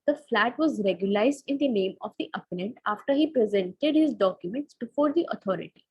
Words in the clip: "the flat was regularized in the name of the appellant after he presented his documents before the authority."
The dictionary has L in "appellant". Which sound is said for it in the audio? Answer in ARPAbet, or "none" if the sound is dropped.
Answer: N